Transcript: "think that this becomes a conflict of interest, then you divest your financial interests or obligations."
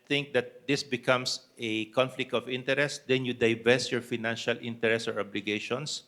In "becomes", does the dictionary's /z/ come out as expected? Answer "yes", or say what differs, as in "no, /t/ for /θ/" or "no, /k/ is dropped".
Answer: no, /s/ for /z/